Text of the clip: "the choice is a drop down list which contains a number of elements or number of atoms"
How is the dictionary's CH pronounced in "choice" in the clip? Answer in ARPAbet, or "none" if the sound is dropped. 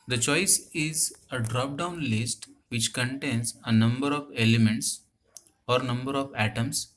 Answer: CH